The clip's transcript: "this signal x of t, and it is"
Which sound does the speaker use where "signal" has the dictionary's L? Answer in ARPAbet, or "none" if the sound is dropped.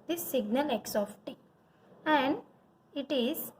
L